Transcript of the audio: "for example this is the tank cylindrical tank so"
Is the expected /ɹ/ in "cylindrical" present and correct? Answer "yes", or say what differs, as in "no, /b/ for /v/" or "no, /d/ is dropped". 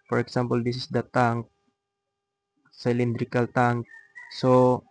yes